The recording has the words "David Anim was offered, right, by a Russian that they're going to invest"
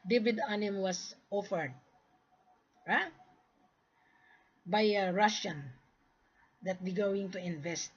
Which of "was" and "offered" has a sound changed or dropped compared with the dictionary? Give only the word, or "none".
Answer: was